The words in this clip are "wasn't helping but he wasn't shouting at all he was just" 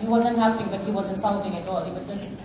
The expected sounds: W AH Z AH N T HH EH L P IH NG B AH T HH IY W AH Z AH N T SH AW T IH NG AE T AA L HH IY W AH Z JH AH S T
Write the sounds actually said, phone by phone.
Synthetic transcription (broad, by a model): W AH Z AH N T HH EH P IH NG B AH T HH IY W AH Z AH N T S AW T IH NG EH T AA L HH IY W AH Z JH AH S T